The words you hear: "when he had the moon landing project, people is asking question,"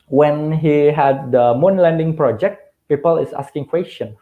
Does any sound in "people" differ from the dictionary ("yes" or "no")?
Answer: no